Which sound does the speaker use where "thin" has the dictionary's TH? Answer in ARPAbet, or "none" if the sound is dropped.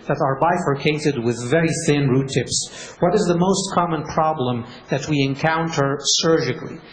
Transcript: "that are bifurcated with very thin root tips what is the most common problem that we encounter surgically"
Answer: TH